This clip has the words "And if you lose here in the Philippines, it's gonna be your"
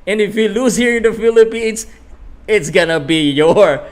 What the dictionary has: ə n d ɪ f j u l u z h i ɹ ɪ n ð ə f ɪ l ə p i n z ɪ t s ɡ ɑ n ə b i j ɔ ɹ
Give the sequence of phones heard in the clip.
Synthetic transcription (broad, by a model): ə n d ɪ f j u l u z h i ɹ ɪ n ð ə f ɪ l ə p i n s ɪ t s ɡ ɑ n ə b i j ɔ ɹ